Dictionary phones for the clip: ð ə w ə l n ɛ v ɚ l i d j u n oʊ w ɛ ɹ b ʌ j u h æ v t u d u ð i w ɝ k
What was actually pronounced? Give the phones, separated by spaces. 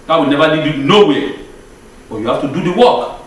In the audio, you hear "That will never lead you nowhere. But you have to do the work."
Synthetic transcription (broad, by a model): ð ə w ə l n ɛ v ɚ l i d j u n oʊ w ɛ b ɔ j u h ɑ f t u d u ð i w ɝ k